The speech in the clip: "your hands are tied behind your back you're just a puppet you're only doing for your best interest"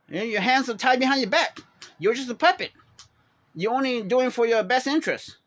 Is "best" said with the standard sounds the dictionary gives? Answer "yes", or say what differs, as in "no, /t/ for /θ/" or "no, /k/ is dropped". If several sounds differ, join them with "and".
yes